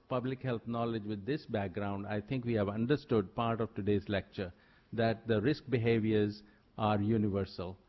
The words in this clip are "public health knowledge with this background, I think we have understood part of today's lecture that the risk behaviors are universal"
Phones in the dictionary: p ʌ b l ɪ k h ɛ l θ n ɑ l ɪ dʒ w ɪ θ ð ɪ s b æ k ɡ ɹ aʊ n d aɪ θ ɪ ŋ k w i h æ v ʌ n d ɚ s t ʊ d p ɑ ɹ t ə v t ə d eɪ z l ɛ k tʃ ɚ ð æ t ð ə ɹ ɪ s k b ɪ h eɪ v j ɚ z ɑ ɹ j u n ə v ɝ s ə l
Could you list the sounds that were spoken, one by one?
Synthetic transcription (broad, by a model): p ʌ b l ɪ k h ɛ l t n ɑ l ɪ dʒ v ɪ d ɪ s b æ k ɡ ɹ aʊ n d aɪ t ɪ ŋ k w i h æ v ʌ n d ɚ s t ʊ d p ɑ ɹ t ə v t ə d eɪ z l ɛ k tʃ ɚ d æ t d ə ɹ ɪ s k b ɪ h eɪ v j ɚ z ɑ ɹ j u n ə v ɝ s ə l